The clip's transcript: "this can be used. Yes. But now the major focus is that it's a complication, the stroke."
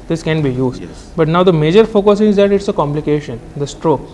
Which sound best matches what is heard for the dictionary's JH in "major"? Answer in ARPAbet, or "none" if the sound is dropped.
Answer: JH